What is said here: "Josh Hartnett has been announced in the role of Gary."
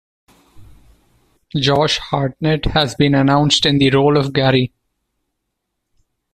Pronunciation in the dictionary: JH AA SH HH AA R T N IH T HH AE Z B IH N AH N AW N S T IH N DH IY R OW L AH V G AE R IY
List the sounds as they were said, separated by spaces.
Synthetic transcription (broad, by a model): JH AA SH HH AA R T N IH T HH AE Z B IH N AH N AW N S T IH N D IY R OW L AH V G AE R IY